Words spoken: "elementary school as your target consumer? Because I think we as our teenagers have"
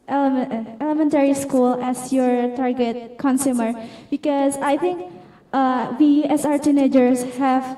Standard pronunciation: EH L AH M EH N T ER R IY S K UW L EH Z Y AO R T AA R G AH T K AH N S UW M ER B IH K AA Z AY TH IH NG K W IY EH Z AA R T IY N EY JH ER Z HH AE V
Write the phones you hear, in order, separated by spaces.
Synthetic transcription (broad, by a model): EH L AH M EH N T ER R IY S K UW L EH S Y AO R T AA R G AH T K AH N S UW M ER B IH K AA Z AY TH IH NG K W IY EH S AA R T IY N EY JH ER S HH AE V